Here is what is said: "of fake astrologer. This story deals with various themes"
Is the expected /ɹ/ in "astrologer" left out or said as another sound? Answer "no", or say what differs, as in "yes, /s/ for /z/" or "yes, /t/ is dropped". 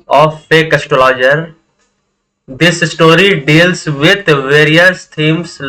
yes, /ɹ/ is dropped